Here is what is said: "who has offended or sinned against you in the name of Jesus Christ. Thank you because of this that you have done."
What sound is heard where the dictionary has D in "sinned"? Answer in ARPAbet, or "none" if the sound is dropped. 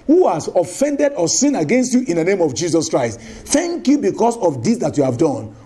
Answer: none